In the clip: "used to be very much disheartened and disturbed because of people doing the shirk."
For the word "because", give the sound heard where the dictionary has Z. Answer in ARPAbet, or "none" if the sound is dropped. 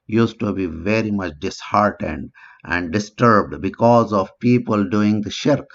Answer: Z